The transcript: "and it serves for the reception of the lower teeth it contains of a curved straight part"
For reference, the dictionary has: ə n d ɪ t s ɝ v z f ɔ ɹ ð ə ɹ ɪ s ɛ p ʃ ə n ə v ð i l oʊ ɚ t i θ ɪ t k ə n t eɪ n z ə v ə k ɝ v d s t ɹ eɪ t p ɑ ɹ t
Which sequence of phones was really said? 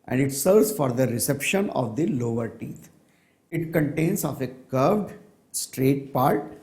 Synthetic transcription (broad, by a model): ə n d ɪ t s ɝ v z f ɔ ɹ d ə ɹ ɪ s ɛ p ʃ ə n ə v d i l oʊ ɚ t i t ɪ t k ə n t eɪ n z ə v ə k ɝ v d s t ɹ eɪ t p ɑ ɹ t